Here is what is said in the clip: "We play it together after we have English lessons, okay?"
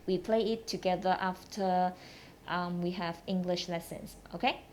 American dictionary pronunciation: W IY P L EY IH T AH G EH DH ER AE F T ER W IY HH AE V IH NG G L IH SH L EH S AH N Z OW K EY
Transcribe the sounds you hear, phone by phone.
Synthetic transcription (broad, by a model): W IY P L EY IH T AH G EH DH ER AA F T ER W IY HH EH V IH NG G L IH SH L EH S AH N S OW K EY